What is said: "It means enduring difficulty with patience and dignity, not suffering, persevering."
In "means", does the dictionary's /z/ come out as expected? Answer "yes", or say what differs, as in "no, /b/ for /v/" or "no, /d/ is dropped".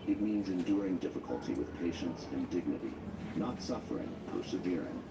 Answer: yes